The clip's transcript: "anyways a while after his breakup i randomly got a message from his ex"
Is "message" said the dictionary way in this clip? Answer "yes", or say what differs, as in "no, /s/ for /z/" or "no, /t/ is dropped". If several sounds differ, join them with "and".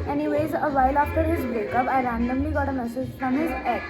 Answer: no, /z/ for /dʒ/